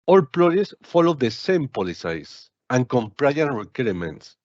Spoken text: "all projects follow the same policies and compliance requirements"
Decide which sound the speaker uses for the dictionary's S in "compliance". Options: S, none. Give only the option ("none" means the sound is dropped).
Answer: none